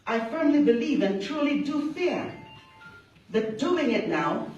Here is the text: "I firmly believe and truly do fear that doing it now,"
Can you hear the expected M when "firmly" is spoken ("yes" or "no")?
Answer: yes